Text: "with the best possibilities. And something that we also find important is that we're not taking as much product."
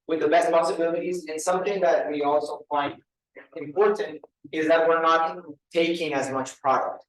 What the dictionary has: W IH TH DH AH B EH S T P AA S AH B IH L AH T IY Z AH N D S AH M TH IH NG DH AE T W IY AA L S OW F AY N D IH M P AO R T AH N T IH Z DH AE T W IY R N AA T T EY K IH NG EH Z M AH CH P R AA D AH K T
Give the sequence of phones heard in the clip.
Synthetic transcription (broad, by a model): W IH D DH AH B EH S T P AA S AH B IH L AH T IY Z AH N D S AH M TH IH NG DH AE T W IY AA L S OW F AY N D IH M P AO R T AH N T IH Z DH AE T W IY R N AA T T EY K IH NG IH Z M AH CH P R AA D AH K T